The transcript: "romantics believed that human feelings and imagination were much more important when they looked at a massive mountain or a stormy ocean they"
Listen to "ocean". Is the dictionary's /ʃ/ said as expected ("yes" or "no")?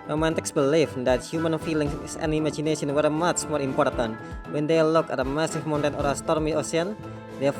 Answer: no